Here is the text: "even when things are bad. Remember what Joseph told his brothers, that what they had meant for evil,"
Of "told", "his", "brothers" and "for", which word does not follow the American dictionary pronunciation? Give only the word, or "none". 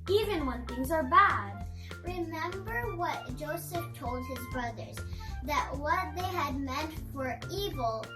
none